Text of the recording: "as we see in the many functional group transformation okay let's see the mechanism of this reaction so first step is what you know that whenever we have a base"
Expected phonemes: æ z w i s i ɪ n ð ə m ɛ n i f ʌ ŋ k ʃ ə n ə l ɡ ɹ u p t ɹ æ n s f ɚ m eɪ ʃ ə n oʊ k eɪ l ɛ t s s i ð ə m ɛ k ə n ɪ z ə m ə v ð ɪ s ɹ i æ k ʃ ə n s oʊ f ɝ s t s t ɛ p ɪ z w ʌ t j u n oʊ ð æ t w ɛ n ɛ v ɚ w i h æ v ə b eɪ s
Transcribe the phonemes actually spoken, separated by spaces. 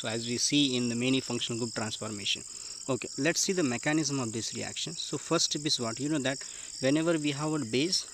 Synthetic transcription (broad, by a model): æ z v i s i ɪ n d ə m ɛ n i f ʌ ŋ k ʃ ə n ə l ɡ u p t ɹ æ n s f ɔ m eɪ ʃ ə n oʊ k eɪ l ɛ t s s i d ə m ɛ k ə n ɪ z ə m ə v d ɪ s ɹ i æ k ʃ ə n s oʊ f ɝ t s t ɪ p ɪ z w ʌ t j u n oʊ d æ t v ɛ n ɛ v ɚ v i h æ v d b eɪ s